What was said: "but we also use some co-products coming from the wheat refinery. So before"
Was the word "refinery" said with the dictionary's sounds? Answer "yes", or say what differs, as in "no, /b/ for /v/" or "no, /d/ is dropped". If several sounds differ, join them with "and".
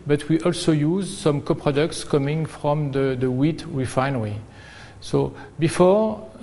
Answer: yes